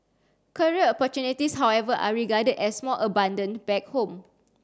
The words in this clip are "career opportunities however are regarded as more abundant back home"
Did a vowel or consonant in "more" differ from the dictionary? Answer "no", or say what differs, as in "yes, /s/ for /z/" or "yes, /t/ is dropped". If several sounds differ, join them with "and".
yes, /l/ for /ɹ/